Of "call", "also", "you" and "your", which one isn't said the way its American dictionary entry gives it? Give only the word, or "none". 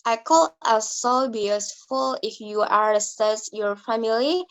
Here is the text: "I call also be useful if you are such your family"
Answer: also